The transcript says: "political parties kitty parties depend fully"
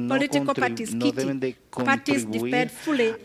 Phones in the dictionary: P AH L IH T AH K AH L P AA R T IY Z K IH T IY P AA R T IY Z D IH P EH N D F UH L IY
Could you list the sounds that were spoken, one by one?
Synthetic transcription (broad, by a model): P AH L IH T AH K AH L P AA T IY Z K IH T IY P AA T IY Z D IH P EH D F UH L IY